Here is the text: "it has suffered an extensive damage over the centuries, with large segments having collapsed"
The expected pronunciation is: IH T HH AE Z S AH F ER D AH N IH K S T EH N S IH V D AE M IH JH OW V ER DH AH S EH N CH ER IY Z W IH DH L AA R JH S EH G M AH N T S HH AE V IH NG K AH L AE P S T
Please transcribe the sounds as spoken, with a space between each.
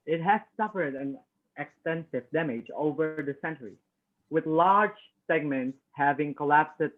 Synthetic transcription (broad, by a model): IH T HH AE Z S AH F ER D AH N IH K S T EH N S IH V D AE M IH JH OW V ER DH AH S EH N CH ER IY W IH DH L AA R JH S EH G M AH N T S HH AE V IH NG K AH L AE P S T